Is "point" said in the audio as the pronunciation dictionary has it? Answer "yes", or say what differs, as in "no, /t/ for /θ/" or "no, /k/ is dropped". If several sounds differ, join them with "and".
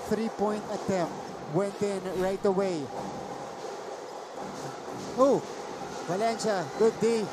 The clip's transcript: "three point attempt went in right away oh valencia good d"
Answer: yes